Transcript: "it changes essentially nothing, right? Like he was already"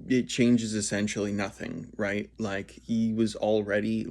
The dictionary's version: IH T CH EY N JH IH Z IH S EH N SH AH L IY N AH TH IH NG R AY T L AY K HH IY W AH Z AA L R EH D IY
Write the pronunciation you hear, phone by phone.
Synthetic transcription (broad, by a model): IH T CH EY N JH IH Z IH S EH N SH L IY N AH TH IH NG R AY T L AY K HH IY W AH Z L R EH D IY